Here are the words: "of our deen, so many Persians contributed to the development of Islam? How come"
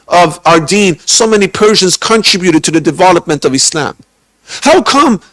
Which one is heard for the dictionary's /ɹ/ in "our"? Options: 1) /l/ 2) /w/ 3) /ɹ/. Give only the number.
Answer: 3